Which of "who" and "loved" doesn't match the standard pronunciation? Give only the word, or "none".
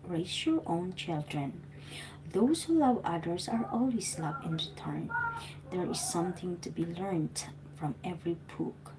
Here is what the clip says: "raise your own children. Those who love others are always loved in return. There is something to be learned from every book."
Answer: loved